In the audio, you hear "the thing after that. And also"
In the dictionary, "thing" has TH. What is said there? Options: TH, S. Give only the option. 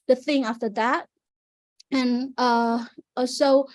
TH